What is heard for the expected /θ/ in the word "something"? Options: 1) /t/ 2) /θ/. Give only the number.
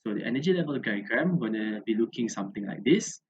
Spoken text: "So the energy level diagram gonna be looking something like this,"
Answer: 1